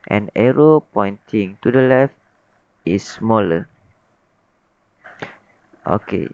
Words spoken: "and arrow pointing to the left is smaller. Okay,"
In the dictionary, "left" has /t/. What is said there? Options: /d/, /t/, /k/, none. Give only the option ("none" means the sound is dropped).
/t/